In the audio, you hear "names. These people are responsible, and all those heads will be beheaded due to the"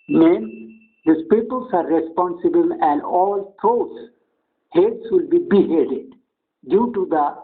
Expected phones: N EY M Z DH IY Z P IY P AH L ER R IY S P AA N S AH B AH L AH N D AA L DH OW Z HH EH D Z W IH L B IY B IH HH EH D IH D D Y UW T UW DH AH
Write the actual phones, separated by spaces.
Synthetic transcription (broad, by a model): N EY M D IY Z P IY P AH L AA R IY S P AA N S AH B AH L AH N D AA L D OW S HH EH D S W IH L B IY B IH HH EH D IH D D Y UW T UW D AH